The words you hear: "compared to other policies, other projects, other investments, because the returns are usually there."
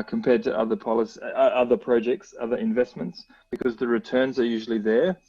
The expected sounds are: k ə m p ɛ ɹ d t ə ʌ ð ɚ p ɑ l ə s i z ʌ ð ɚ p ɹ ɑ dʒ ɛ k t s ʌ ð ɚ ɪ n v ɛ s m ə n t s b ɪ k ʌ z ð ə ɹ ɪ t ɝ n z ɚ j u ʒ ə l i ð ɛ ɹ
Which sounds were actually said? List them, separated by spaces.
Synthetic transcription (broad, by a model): k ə m p ɛ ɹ d t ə ʌ ð ɚ p ɑ l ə s i ʌ ð ɚ p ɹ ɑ dʒ ɛ k t s ʌ ð ɚ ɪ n v ɛ s m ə n t s b ɪ k ʌ z ð ə ɹ ɪ t ɝ n z ɚ j u ʒ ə l i ð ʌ ɹ